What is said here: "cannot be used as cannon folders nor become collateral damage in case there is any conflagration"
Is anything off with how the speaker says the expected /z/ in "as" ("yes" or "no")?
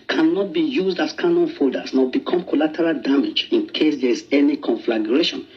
yes